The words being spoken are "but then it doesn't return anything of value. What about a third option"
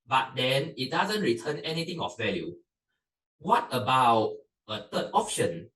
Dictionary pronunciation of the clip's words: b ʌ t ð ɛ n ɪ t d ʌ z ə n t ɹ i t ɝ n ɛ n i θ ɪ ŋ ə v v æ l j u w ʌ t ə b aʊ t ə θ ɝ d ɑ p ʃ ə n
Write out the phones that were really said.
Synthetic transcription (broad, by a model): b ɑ t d ɛ n ɪ t d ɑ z ə n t ɹ i t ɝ n ɛ n i t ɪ ŋ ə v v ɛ l j u w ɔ t ə b aʊ t ə t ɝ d ɑ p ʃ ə n